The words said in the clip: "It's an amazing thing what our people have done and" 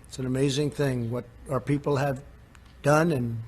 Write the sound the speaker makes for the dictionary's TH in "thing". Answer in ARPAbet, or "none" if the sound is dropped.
TH